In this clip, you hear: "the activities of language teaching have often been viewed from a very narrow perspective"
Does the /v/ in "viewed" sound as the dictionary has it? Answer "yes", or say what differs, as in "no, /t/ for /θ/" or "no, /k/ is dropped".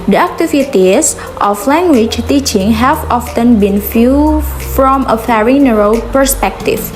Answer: no, /f/ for /v/